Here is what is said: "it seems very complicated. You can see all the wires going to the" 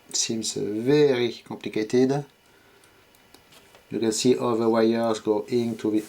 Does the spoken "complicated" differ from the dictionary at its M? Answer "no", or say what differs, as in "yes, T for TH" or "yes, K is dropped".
yes, M is dropped